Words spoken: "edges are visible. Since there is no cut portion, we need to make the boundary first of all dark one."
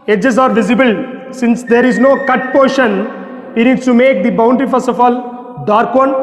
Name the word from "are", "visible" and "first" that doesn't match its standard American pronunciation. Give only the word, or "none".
first